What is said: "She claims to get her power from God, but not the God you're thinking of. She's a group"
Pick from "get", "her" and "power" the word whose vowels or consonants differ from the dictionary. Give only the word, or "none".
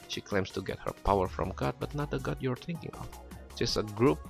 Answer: none